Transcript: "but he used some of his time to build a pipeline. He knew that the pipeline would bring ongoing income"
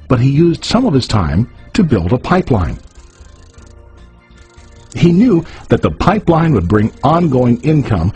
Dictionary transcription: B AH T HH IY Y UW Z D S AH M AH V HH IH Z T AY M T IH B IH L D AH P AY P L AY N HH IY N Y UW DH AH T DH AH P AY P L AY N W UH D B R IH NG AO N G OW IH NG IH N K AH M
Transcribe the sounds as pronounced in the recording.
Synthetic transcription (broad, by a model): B AH T HH IY Y UW Z D S AH M AH V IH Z T AY M T IH B IH L D AH P AY P L AY N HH IY N Y UW DH AH T DH AH P AY P L AY N W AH D B R IH NG AO N G OW IH NG IH N K AH M